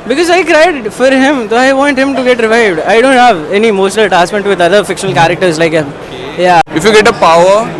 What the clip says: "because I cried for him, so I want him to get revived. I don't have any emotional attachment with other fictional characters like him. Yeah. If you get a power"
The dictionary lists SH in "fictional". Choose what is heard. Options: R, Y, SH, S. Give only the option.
SH